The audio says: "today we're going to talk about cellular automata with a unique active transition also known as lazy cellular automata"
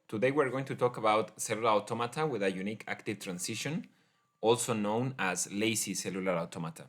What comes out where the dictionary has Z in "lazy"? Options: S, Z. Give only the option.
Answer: S